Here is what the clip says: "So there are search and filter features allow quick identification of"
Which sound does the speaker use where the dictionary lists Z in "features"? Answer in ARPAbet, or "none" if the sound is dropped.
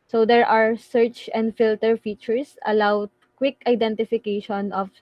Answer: S